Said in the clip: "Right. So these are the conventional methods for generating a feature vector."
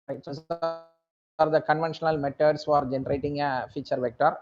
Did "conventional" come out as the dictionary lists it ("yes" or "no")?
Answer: yes